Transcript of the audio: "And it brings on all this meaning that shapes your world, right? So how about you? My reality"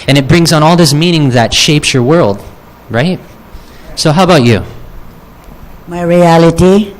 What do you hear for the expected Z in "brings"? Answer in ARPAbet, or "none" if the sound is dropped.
Z